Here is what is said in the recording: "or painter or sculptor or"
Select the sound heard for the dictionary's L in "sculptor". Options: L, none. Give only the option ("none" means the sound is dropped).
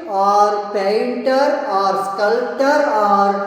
L